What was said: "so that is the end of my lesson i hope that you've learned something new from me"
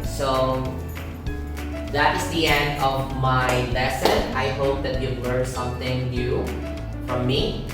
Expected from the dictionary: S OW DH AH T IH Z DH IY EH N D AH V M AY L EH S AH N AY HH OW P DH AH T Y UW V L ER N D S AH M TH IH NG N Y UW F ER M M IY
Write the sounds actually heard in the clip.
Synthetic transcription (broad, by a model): S OW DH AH T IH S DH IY EH N D AH V M AY L EH S AH N AY HH OW P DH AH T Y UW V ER S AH M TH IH NG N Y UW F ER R M IY